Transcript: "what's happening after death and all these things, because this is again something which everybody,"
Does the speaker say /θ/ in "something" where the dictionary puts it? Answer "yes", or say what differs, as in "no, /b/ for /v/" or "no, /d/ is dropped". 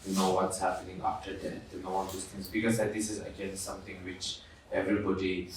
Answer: no, /t/ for /θ/